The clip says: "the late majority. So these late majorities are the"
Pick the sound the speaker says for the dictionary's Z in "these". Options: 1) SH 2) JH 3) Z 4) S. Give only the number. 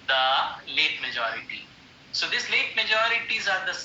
4